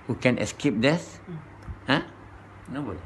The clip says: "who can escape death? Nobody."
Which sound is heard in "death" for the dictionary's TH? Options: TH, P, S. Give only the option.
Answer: S